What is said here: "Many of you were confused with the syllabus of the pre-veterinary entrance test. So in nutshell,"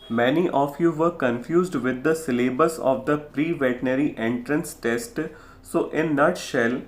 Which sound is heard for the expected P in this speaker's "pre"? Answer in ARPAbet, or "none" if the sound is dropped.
P